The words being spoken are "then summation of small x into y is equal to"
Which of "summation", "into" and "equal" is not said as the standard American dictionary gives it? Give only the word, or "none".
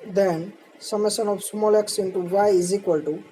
summation